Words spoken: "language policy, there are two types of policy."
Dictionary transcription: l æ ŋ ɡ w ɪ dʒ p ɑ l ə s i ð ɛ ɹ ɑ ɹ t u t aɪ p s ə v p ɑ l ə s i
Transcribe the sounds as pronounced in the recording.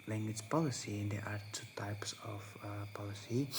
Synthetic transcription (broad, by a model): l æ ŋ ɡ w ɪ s p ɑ l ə s i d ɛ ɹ ɑ ɹ t u t aɪ p s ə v p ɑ l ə s i